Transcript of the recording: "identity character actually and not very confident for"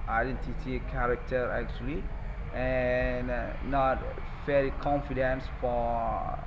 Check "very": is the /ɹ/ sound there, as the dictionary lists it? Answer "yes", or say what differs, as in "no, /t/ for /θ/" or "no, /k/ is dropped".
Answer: no, /l/ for /ɹ/